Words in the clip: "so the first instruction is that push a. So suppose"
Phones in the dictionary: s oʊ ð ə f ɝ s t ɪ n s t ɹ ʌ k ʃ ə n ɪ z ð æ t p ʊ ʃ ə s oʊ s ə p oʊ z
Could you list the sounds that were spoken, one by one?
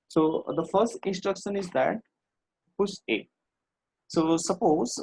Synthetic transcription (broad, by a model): s oʊ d ə f ɝ s t ɪ n s t ɹ ʌ k ʃ ə n ɪ z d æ t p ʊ s ə s oʊ s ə p oʊ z